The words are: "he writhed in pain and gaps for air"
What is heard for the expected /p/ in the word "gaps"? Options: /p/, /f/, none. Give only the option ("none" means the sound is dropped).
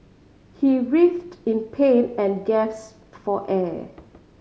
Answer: none